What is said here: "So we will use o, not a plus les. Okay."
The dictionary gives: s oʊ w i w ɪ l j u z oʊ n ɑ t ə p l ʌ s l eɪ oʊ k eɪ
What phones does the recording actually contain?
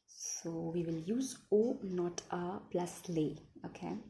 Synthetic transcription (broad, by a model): s oʊ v i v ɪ l j u z oʊ n ɑ t ə p l ʌ s l eɪ oʊ k eɪ